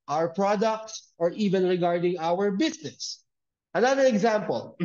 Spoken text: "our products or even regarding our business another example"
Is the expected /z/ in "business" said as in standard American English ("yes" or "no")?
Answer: no